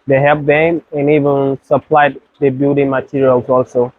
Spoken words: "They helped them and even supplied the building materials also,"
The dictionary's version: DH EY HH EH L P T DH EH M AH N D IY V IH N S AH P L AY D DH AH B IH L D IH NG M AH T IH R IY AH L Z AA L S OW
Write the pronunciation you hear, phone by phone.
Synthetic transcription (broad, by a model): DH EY HH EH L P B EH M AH N IY V IH N S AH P L AY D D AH B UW D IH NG M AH T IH R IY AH L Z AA L S OW